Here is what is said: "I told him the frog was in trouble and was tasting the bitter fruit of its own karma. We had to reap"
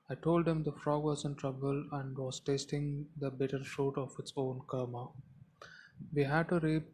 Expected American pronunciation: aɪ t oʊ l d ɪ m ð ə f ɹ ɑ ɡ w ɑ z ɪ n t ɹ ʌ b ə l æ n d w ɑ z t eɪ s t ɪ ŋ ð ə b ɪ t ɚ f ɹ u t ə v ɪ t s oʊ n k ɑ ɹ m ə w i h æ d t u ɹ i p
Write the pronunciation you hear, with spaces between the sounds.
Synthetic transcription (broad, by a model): aɪ t oʊ l d ɪ m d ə f ɹ ɑ ɡ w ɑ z ɪ n t ɹ ʌ b ə l æ n d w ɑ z t eɪ s t ɪ ŋ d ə b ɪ t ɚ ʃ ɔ t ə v ɪ t s oʊ n k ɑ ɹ m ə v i h æ d t u ɹ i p